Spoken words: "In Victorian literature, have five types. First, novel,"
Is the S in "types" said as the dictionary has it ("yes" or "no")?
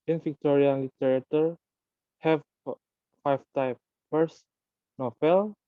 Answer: no